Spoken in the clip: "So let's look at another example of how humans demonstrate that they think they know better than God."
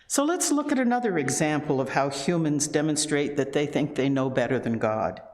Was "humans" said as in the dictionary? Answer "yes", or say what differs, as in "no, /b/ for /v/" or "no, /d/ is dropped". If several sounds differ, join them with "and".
yes